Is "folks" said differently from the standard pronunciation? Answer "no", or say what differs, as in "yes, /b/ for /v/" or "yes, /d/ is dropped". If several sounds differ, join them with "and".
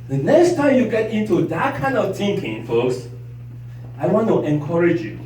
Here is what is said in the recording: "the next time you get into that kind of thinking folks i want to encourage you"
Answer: no